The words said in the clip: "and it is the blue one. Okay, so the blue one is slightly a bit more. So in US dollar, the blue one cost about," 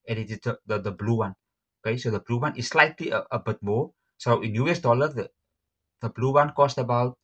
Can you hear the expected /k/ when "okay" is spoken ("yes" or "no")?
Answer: yes